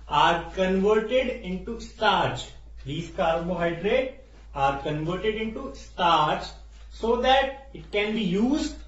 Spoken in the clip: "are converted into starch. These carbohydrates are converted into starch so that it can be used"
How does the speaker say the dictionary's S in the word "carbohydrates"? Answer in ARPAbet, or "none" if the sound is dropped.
none